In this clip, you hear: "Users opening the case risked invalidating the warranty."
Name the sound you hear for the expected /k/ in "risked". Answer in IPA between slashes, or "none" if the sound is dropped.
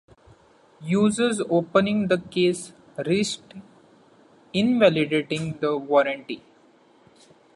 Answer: none